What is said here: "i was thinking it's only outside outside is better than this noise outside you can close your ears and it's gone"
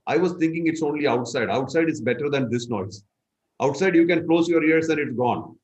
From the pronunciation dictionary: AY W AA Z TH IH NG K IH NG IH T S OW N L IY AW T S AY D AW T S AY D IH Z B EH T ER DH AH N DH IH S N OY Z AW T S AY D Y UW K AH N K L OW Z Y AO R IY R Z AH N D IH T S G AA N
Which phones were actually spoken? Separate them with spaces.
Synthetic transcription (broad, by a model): AY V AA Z T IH NG K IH NG IH T S OW N L IY AW T S AY D AW T S AY D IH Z B EH T ER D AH N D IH S N OY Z AW T S AY D Y UW K AH N K L OW Z Y AO R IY R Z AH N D IH T S G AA N